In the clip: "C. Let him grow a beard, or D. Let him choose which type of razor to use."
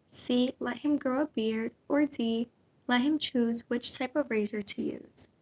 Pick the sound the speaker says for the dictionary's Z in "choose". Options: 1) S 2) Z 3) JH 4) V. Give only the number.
2